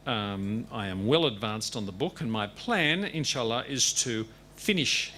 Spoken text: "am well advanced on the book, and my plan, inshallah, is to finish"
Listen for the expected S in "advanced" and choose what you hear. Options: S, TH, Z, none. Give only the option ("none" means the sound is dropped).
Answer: S